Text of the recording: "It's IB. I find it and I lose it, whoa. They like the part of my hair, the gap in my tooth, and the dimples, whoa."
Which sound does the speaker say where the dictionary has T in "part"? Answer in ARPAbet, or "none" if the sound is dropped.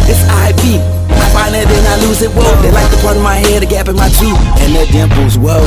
none